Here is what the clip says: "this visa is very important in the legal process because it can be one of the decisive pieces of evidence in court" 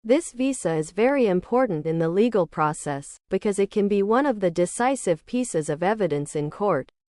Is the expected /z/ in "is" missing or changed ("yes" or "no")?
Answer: no